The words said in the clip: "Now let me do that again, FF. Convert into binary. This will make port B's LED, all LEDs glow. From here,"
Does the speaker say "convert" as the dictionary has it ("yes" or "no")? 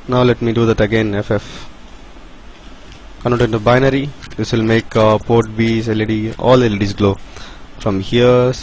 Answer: no